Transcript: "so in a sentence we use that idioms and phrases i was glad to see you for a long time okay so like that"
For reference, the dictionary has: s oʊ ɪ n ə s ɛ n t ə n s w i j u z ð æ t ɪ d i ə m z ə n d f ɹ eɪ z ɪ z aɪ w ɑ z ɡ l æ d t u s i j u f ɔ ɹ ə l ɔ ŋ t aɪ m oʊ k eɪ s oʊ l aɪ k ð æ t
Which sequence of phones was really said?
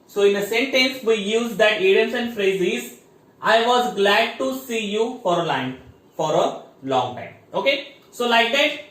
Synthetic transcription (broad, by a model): s oʊ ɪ n ə s ɛ n t ə n s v i j u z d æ t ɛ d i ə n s ə n d f ɹ eɪ z ɪ z aɪ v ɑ z ɡ l æ d t u s i j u f ɔ ɹ ə l ɔ ŋ t aɪ m oʊ k eɪ s oʊ l aɪ k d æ t